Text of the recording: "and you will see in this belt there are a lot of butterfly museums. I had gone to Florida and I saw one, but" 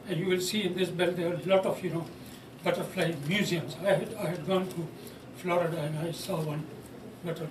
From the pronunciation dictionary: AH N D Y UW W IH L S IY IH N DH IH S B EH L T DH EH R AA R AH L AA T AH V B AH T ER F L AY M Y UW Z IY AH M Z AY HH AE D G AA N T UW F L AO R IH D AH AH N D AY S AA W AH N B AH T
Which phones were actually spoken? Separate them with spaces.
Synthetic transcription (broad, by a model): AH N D Y UW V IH L S IY IH N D IH S B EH L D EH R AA L AH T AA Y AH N B AH T ER F L AY M Y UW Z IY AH M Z AY HH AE D G AA N T UW F L AO R IH D AH AH N D AY S AA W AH N B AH T